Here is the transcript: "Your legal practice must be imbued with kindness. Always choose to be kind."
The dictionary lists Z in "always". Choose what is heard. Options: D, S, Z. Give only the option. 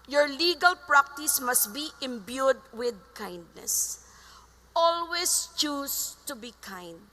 S